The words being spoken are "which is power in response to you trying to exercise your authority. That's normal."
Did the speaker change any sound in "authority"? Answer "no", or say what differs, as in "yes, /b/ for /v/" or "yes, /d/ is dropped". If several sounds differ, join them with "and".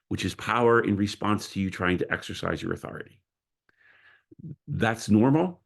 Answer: no